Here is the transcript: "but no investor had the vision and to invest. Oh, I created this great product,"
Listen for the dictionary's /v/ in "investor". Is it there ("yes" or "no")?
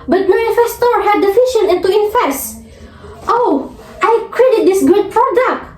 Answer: no